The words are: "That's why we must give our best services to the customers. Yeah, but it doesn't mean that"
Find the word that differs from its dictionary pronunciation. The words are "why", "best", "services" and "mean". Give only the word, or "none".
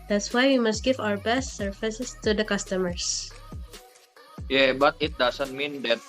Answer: services